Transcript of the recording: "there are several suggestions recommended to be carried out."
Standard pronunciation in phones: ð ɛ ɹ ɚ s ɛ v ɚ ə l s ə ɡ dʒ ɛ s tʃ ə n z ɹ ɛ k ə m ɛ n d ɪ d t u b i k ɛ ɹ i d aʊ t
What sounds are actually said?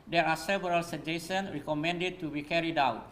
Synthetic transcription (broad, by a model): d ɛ ɹ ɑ s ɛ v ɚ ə l s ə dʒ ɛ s ə n ɹ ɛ k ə m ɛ n d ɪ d t u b i k ɛ ɹ i d aʊ t